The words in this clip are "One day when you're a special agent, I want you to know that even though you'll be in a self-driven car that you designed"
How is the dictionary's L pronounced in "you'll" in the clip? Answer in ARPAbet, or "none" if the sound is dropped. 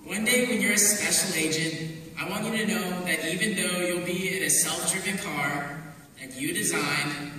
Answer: L